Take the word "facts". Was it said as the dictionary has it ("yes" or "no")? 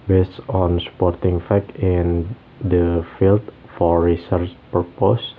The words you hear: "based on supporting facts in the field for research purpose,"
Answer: no